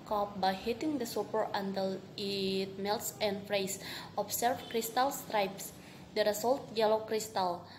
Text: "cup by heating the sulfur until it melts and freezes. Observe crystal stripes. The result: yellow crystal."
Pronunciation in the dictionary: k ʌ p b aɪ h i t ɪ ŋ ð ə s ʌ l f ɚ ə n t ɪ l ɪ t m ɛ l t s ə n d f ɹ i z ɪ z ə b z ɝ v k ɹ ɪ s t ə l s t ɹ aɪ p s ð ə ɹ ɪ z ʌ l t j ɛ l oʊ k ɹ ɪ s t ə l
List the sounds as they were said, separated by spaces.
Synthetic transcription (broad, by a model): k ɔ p b aɪ h i t ɪ ŋ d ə s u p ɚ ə n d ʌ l ɪ t m ɛ l t s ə n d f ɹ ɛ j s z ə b s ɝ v k ɹ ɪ s t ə l s t ɹ aɪ p s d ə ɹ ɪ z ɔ l t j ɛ l oʊ k ɹ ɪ s t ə l